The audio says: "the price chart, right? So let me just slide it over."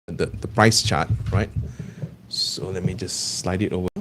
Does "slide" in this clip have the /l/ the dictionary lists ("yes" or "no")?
yes